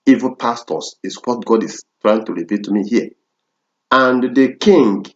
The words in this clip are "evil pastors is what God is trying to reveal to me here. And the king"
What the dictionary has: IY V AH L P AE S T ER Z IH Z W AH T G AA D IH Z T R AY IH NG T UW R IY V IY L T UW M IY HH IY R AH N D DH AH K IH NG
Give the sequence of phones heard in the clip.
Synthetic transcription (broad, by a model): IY V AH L P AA S T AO S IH S W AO T G AA D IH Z T R AY IH NG T UW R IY P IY T UW M IY HH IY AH AH N D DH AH K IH NG